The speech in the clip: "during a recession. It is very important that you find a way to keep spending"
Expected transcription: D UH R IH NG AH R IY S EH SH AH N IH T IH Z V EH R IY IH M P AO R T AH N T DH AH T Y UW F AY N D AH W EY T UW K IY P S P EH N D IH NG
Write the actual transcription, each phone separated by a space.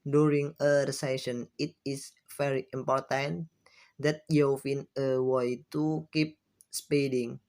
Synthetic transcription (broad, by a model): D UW R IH NG AH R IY S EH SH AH N IH T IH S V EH R IY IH M P AO R T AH N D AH T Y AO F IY N AH W EY T UW K IY P S P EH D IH NG